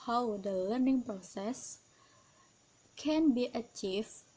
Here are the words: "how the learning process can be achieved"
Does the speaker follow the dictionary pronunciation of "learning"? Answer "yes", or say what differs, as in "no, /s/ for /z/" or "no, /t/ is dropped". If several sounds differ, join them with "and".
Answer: yes